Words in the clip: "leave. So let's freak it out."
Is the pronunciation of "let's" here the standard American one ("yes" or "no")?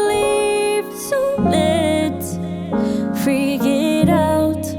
no